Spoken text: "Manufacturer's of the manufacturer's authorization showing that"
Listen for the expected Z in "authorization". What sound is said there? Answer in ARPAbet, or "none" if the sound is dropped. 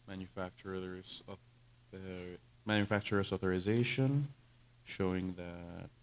Z